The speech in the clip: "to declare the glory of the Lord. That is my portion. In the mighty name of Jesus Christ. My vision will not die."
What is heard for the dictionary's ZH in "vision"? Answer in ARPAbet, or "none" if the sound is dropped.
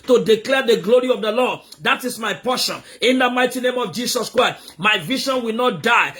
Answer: SH